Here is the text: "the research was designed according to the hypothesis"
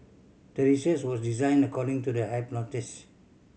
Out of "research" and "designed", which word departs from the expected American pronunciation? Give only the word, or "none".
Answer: research